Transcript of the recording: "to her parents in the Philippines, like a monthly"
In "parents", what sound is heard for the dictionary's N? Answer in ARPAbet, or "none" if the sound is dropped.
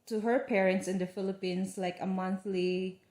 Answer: N